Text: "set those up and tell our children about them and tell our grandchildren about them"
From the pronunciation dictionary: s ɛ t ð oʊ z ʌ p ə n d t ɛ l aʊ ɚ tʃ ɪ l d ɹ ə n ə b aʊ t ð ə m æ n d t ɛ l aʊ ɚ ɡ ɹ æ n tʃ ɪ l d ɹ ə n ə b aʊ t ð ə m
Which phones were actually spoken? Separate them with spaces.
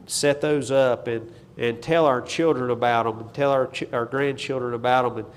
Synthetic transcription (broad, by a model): s ɛ t ð oʊ z ʌ p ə n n t ɛ l aʊ ɚ tʃ ɪ l d ɹ ə n ə b aʊ t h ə m n t ɛ l aʊ ɚ ɡ ɹ æ n tʃ ɪ l d ɹ ə n ə b aʊ t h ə m